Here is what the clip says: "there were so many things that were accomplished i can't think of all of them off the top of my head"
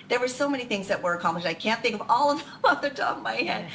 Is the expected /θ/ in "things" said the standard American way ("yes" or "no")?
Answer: yes